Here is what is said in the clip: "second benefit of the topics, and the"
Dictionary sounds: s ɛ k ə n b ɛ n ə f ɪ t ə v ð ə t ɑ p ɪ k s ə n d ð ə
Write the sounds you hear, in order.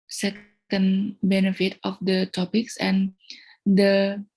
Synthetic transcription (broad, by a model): s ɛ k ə n b ɛ n ə f ɪ t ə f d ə t ɑ p ɪ k s ə n d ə